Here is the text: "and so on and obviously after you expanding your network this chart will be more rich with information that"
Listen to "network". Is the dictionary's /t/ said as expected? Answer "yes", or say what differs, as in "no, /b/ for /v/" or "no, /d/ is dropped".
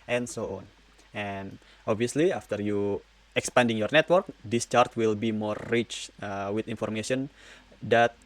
yes